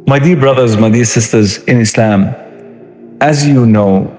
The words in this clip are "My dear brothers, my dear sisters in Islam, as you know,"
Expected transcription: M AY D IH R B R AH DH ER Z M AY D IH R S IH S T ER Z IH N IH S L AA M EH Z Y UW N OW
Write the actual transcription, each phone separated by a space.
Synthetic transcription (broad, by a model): M AY D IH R B R AH DH ER Z M AY D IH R S IH S T ER Z IH N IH S L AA M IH Z Y UW N OW